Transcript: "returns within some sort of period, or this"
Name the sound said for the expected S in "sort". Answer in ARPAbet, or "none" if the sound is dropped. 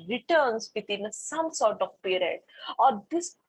S